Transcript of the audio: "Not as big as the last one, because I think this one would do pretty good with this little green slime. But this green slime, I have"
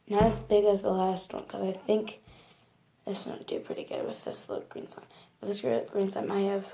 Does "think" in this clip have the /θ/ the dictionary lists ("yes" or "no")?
yes